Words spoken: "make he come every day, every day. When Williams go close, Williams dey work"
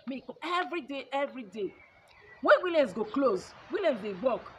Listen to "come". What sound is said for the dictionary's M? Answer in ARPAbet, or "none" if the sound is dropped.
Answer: none